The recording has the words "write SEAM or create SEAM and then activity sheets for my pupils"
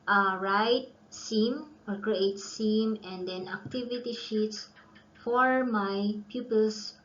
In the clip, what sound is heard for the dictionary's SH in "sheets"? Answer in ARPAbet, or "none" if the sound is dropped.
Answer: SH